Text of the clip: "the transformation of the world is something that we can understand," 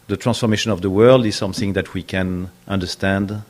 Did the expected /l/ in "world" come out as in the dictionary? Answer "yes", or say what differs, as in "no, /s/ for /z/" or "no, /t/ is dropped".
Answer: yes